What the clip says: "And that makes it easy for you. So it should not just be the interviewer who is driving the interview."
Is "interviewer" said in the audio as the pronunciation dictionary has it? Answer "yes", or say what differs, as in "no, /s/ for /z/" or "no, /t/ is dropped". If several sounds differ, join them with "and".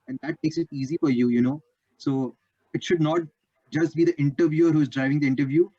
yes